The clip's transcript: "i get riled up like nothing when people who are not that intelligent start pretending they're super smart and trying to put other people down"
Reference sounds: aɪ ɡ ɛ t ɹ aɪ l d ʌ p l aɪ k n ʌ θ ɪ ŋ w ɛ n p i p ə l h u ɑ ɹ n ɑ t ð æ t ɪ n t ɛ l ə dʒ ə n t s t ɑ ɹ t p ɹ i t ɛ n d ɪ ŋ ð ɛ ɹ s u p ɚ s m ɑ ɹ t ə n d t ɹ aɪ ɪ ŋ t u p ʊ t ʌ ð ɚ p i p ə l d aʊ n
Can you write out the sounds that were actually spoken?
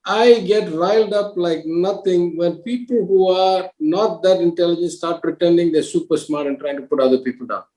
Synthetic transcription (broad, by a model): aɪ ɡ ɛ t ɹ aɪ l d ʌ p l aɪ k n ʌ t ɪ ŋ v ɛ n p i p ə l h u ɑ ɹ n ɑ t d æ t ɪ n t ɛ l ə dʒ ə n s t ɑ ɹ t p ɹ i t ɛ n d ɪ ŋ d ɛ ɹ s u p ɚ s m ɑ ɹ t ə n t ɹ aɪ ɪ ŋ t u p ʊ t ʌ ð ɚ p i p ə l d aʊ n